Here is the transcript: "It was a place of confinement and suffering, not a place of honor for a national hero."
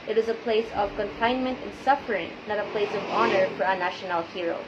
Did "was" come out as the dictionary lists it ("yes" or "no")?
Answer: yes